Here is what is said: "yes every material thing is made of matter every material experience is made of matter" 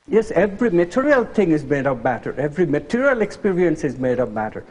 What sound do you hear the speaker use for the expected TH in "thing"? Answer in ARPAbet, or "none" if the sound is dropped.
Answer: T